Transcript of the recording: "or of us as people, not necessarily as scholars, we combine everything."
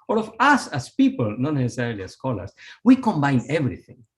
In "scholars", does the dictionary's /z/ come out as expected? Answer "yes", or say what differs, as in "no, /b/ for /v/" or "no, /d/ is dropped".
no, /s/ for /z/